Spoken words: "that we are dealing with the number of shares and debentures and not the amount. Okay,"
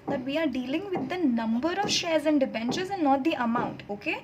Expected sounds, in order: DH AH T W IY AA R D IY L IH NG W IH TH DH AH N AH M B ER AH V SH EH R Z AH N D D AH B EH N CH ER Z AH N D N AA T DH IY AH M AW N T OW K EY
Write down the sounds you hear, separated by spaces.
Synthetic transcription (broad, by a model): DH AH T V IY AA R D IY L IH NG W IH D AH N AH M B ER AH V SH EH R Z AH N D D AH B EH N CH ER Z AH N N AA T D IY AH M AW N T OW K EY